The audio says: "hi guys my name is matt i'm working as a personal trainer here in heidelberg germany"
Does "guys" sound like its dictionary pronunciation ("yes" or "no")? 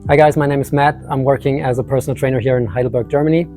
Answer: yes